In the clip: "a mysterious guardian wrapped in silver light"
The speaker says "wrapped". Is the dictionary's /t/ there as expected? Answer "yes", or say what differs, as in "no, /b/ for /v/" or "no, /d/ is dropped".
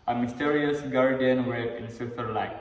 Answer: no, /t/ is dropped